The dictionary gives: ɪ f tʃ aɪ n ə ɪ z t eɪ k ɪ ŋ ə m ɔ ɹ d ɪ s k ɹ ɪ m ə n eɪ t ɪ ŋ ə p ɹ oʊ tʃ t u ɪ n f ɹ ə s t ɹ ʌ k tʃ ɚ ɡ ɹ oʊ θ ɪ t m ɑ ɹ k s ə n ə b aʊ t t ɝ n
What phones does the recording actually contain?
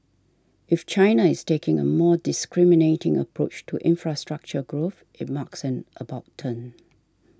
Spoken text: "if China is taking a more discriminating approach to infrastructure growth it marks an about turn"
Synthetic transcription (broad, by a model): ɪ f tʃ aɪ n ə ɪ s t eɪ k ɪ ŋ ə m ɔ d ɪ s k ɹ ɪ m ə n eɪ t ɪ ŋ ə p ɹ oʊ tʃ t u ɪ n f ɹ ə s t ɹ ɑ k tʃ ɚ ɡ ɹ oʊ θ ɪ t m ɑ k s ə n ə b aʊ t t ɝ n